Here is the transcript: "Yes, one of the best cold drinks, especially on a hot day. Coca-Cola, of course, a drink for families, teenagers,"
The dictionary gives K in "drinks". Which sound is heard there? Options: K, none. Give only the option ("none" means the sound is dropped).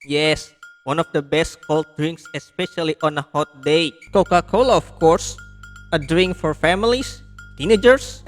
K